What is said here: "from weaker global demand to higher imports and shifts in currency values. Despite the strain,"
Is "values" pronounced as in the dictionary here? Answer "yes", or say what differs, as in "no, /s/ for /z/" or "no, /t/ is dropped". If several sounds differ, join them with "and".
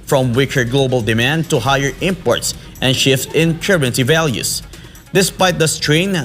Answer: no, /s/ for /z/